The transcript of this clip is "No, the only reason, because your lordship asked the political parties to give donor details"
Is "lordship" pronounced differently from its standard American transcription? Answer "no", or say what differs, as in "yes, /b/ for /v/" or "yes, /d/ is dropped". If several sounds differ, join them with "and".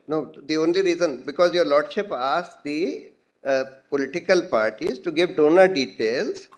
no